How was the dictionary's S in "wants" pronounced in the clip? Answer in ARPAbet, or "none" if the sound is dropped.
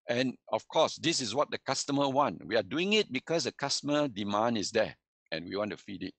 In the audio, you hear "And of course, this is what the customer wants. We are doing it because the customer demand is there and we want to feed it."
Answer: none